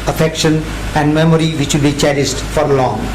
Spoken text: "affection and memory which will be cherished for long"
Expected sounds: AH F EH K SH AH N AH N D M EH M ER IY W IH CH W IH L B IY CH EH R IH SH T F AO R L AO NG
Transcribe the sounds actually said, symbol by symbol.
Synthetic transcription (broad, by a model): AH F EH K SH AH N AH N D M EH M ER IY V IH CH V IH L B IY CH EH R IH S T F AO R L AO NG